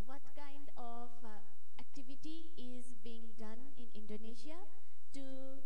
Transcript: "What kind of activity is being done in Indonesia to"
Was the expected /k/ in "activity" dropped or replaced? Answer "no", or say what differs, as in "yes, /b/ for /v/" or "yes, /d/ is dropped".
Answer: no